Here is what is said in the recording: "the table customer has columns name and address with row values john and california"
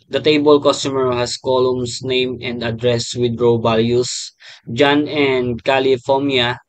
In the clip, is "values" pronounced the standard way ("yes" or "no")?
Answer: no